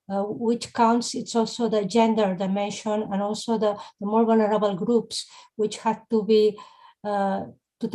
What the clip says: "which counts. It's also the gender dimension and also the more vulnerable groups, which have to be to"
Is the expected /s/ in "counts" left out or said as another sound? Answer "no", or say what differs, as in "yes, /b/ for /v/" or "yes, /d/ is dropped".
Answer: no